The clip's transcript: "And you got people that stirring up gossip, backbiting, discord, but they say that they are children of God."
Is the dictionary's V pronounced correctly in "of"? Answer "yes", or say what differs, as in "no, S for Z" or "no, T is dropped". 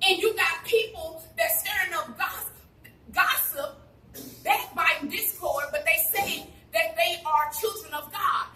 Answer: yes